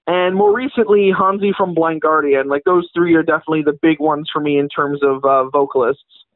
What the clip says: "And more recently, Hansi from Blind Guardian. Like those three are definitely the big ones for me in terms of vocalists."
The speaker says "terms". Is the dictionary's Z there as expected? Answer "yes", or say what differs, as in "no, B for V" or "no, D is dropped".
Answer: yes